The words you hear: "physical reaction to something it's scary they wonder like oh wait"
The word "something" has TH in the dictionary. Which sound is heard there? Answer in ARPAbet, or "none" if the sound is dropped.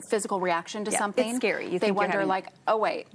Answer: TH